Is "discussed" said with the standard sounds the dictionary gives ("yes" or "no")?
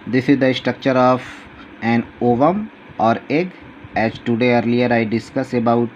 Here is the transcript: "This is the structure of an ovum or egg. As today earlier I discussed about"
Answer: no